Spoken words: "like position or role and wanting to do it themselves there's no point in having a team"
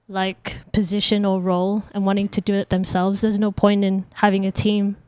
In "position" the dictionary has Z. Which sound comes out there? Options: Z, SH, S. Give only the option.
Z